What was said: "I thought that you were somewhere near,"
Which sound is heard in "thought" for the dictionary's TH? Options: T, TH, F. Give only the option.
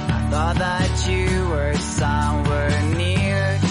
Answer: TH